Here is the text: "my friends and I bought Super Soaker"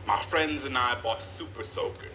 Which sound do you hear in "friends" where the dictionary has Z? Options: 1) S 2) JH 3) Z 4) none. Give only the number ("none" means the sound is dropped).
3